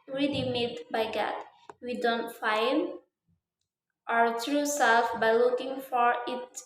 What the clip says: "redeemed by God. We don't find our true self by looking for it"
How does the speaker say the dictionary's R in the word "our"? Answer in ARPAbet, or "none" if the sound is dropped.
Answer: R